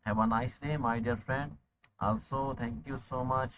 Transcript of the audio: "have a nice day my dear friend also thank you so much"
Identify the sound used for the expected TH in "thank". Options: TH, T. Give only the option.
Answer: T